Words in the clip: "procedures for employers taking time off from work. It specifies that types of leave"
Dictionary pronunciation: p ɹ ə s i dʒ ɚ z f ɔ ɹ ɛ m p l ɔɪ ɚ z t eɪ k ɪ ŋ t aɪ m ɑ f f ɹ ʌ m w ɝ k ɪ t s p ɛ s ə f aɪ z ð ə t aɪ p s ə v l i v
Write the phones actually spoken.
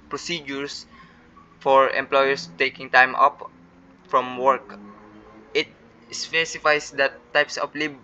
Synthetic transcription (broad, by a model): p ɹ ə s i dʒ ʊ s f ɔ ɹ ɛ m p l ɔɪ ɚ s t eɪ k ɪ ŋ t aɪ m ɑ p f ɹ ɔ m w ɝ k ɪ t s p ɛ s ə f aɪ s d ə t aɪ p s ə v l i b